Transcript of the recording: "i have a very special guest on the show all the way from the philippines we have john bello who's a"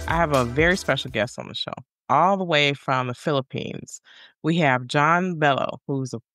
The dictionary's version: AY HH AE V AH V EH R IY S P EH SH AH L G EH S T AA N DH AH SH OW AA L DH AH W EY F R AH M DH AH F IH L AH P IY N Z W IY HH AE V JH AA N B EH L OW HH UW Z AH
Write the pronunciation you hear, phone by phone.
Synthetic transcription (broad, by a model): AY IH V AH V EH R IY S P EH SH L G EH S T N DH AH SH OW AA L DH AH W EY F R AH M DH AH F IH L AH P IY N Z W IY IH V JH AA N B EH L OW HH UW Z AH